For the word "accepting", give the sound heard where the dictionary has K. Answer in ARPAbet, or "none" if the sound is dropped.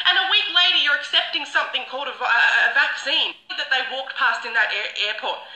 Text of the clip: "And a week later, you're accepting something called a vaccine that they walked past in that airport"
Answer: K